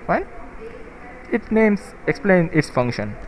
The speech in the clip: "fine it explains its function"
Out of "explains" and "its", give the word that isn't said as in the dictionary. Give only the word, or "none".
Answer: explains